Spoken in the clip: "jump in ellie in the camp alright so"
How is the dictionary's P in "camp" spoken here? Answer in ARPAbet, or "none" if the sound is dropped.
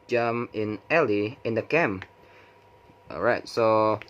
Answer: none